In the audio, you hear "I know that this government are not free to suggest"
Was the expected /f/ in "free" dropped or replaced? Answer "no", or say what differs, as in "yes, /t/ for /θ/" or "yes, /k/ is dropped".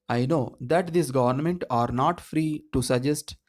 no